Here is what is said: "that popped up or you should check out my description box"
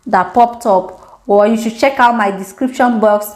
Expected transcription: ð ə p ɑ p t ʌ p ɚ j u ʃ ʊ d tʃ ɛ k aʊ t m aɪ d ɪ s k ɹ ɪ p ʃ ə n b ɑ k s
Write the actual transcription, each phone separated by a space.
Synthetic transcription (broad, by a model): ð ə p ɑ p t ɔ p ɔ j u ʃ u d tʃ ɛ k aʊ t m aɪ d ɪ s k ɹ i p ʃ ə n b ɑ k s